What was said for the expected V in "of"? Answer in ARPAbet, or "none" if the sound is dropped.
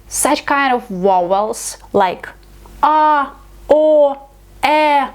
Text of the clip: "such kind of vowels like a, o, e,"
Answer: V